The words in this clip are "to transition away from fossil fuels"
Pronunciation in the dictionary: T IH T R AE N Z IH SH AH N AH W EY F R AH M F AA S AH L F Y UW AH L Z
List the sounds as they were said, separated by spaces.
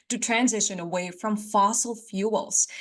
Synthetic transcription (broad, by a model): T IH T R AE N Z IH SH AH N AH W EY F R AH M F AA S L F Y UW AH L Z